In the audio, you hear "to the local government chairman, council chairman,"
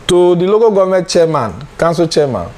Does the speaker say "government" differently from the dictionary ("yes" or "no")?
yes